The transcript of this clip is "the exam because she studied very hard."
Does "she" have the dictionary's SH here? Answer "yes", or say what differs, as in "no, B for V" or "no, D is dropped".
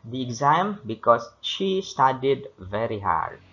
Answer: yes